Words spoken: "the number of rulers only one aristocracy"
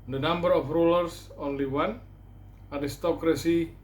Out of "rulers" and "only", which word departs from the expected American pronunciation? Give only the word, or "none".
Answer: rulers